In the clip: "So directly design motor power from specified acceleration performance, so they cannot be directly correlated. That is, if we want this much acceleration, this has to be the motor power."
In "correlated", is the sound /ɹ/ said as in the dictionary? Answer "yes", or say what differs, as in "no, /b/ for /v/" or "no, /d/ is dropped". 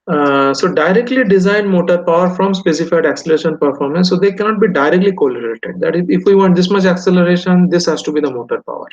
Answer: no, /l/ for /ɹ/